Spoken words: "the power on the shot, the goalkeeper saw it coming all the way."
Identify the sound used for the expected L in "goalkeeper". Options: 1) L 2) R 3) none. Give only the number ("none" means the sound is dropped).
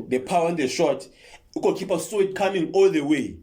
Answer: 3